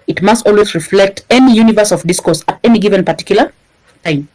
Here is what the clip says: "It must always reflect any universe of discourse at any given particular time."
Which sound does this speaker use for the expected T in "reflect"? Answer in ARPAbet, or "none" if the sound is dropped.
T